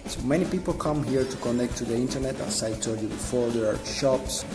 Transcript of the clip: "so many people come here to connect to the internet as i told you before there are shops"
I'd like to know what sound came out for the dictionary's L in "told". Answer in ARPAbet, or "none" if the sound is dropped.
none